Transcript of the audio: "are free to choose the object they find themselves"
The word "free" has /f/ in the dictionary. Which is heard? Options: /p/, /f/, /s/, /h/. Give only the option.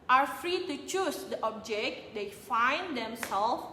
/f/